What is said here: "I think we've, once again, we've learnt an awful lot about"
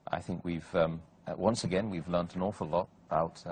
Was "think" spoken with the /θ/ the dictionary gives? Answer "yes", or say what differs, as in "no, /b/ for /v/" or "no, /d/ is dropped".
yes